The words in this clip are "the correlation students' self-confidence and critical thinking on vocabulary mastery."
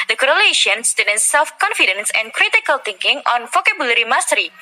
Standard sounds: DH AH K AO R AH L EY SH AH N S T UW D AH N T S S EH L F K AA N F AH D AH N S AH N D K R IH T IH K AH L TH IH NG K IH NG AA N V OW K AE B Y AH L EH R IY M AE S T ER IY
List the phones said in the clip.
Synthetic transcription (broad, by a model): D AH K AO R AH L EY SH AH N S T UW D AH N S S EH L F K AA N F AH D AH N S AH N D K R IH T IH K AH L T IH NG K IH NG AA N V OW K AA B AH L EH R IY M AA S T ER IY